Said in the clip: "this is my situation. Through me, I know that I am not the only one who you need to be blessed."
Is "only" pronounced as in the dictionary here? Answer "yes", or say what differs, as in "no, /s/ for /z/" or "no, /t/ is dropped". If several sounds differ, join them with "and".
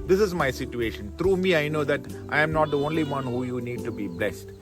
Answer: yes